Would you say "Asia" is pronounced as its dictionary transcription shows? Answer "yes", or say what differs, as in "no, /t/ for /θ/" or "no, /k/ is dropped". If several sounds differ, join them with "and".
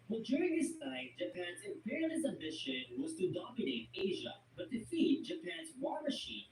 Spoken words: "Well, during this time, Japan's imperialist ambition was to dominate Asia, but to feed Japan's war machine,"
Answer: yes